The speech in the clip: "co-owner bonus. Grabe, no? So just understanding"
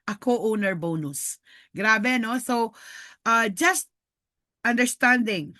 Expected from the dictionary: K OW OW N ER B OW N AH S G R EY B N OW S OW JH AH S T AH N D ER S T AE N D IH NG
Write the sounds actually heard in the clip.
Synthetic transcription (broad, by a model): K OW OW N ER B OW N AH S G R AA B N OW S OW JH AH S T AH N D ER S T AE N D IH NG